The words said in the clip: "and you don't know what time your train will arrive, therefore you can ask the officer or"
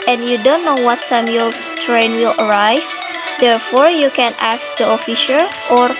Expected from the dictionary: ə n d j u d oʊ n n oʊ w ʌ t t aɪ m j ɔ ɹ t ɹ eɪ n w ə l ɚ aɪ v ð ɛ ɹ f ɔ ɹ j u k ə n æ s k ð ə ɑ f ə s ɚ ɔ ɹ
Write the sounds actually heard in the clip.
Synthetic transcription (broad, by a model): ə n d j u d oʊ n n oʊ w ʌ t t aɪ m j ɔ ɹ t ɹ eɪ n w ə l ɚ aɪ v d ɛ ɹ f ɔ ɹ j u k ə n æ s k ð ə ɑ f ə ʃ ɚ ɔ ɹ